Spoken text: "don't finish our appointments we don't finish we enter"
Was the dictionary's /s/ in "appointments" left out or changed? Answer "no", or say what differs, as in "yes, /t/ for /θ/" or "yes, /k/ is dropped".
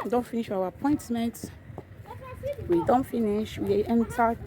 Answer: yes, /s/ is dropped